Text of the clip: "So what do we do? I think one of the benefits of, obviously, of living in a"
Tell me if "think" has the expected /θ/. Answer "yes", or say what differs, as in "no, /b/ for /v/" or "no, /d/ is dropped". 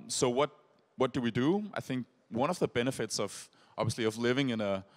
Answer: yes